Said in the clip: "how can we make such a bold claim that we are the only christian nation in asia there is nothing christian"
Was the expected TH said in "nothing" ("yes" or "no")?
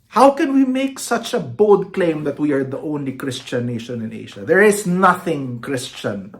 yes